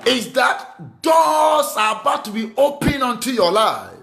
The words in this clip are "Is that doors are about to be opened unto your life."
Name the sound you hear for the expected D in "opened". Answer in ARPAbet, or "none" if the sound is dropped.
none